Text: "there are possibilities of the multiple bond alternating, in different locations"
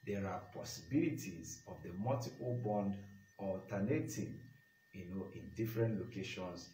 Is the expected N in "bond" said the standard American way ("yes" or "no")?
yes